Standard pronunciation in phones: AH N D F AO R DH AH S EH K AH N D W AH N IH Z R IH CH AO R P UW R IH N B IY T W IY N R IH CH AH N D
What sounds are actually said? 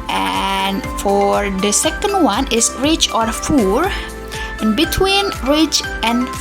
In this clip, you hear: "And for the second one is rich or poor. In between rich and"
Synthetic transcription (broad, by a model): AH N F AO R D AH S EH K AH N D W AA N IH S R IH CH AO R F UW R IH N B IY T W IY N R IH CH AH N